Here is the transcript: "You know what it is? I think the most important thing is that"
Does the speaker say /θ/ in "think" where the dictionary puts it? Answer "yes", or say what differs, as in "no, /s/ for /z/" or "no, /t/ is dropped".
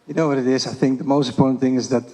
yes